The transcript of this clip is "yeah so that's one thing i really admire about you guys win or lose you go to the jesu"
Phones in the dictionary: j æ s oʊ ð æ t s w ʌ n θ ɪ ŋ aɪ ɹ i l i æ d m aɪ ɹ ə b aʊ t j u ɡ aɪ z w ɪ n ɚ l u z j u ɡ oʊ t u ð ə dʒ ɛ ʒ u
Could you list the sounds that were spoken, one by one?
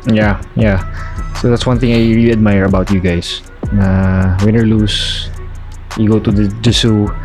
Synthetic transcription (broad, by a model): j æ s oʊ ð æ t s w ʌ n θ ɪ ŋ aɪ ɹ i l i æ d m aɪ ɹ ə b aʊ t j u ɡ aɪ s w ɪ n ɚ l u s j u ɡ oʊ t u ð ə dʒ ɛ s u